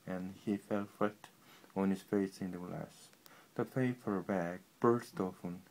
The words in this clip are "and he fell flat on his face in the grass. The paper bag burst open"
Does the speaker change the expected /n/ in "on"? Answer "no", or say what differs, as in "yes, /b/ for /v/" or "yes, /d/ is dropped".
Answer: no